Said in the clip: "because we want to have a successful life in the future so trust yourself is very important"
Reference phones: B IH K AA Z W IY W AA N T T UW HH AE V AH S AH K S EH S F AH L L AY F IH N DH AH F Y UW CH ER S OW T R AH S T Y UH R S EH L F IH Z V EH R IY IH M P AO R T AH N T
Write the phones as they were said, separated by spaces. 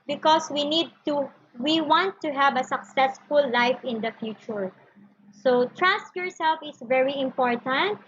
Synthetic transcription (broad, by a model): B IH K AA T W IY W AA N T T UW HH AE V AH S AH K S EH S F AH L L AY F IH N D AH F Y UW CH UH S OW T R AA S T Y UH R S EH L F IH S V EH R IY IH M P AO R T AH N T